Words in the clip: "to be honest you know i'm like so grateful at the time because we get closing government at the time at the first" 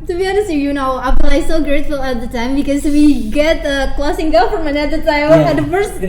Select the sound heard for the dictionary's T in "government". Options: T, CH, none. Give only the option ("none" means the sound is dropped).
none